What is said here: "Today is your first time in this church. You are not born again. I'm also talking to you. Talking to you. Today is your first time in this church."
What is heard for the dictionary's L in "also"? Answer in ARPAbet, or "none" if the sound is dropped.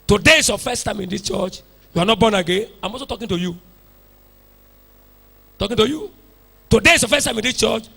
none